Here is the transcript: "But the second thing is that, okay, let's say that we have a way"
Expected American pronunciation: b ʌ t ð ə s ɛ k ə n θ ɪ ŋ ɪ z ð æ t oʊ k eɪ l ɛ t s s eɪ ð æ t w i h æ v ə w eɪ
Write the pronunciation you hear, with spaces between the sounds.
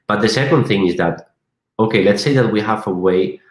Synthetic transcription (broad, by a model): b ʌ t ð ə s ɛ k ə n θ ɪ ŋ ɪ z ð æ t oʊ k eɪ l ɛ t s s eɪ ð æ t w i h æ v ə w eɪ